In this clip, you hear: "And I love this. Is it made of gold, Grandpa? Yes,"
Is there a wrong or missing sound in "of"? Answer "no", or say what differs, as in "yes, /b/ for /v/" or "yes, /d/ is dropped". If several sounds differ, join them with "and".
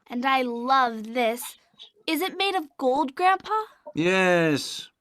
no